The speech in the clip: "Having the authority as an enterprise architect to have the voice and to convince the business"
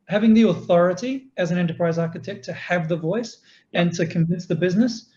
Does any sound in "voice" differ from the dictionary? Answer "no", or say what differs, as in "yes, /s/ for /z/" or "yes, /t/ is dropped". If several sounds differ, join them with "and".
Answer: no